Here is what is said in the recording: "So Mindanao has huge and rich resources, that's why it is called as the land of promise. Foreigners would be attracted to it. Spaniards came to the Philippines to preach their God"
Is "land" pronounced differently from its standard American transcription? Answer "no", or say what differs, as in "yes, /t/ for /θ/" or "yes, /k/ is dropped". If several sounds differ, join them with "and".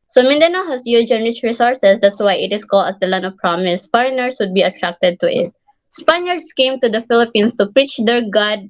yes, /d/ is dropped